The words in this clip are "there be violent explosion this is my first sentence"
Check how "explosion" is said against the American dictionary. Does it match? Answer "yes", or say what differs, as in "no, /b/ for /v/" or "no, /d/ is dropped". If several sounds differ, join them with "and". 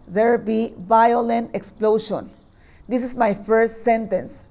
no, /ʃ/ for /ʒ/